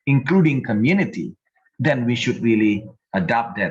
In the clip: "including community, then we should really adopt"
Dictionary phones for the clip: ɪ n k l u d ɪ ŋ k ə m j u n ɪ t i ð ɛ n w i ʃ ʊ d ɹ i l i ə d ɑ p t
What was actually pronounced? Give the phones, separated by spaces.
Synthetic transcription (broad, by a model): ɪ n k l u d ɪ ŋ k ə m j u n ɪ t i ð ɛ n w i ʃ ʊ d ɹ i l i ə d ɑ p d